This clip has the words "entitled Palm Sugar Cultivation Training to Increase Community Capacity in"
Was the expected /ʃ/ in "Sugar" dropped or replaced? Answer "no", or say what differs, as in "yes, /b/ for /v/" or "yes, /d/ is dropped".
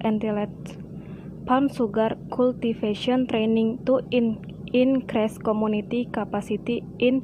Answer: yes, /s/ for /ʃ/